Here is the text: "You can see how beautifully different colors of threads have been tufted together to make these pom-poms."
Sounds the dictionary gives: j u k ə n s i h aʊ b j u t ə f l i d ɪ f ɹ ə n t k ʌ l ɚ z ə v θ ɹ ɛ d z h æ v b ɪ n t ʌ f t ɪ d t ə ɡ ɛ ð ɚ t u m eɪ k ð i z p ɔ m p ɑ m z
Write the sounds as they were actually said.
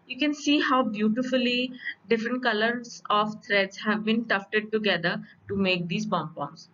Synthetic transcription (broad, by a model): j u k ə n s i h aʊ b j u t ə f l i d ɪ f ɹ ə n t k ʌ l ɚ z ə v t ɹ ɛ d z h æ v b ɪ n t ʌ f t ɪ d t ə ɡ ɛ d ɚ t u m eɪ k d i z b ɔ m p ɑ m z